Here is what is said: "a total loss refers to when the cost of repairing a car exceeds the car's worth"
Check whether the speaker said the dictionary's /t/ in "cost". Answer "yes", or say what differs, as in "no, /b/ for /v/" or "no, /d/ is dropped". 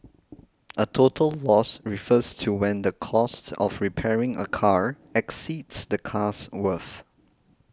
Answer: yes